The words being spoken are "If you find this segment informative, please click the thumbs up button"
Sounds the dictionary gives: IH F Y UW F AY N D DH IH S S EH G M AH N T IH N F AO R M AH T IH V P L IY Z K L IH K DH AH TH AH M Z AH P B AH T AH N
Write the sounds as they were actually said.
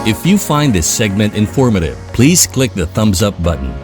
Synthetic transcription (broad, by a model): IH F Y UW F AY N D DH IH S S EH G M AH N T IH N F AO R M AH T IH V P L IY Z K L IH K DH AH TH AH M Z AH P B AH T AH N